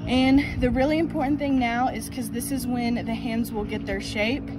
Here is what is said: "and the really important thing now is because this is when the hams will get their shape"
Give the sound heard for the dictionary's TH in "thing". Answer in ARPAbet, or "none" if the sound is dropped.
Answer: TH